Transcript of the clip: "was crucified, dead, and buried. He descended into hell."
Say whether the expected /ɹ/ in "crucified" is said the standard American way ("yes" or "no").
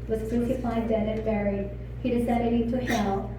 no